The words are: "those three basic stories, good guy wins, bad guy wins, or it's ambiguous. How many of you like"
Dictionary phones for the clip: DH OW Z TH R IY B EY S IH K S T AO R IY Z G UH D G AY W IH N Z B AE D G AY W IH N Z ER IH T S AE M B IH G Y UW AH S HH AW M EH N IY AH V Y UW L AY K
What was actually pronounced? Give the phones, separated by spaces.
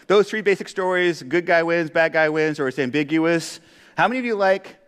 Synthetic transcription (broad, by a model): DH OW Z TH R IY B EY S IH K S T AO R IY Z G UH D G AY W IH N Z B AE D G AY W IH N Z ER IH T S AE M B IH G Y UW AH S HH AW M EH N IY AH V Y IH L AY K